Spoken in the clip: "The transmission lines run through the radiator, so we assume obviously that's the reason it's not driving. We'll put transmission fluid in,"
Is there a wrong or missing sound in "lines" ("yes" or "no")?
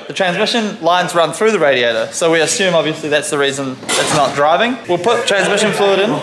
no